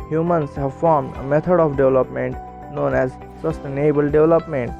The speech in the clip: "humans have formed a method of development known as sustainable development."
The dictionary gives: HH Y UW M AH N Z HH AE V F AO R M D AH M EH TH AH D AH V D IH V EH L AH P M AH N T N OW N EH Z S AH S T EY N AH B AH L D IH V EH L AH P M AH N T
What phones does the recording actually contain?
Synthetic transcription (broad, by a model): HH Y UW M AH N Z HH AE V F AO R M D AH M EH T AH D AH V D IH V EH L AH P M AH N T N OW N EH Z S AH S T EY N AH B AH L D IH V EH L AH P M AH N T